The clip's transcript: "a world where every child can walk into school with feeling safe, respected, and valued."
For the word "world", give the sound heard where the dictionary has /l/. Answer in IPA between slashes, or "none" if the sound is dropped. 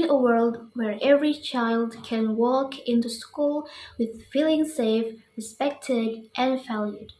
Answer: /l/